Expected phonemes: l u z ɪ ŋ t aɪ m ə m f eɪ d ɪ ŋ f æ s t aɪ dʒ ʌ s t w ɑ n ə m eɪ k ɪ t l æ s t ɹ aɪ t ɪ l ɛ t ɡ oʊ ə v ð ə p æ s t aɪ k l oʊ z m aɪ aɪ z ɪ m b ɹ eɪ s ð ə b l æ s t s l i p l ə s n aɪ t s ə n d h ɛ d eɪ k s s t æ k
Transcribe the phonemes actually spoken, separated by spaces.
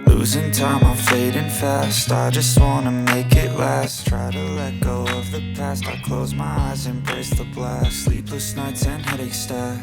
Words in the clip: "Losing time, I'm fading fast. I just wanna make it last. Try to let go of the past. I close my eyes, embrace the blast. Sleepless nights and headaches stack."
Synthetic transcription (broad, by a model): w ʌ z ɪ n t aɪ m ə f eɪ d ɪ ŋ f æ s t aɪ dʒ ʌ s t w ɑ n ə m eɪ k ɪ t l æ s t ɹ aɪ t ɪ l ɛ t ɡ oʊ ə v ð ə p æ s t aɪ k l oʊ z m aɪ aɪ z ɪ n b ɹ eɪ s ð ə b l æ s s l i p l ə s n aɪ t s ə n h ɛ d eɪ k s s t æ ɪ